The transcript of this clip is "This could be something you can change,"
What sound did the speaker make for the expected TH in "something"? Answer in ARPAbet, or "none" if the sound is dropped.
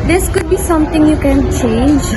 T